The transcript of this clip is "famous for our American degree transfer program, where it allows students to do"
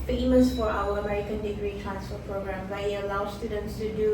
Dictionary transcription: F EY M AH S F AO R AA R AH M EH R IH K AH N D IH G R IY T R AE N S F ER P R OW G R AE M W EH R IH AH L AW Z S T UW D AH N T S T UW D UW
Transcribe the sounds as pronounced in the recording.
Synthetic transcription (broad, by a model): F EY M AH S F AO R AA W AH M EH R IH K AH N D IH G R IY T R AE N S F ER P R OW G R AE M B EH IH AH L AW S T UW D AH N T S T UW D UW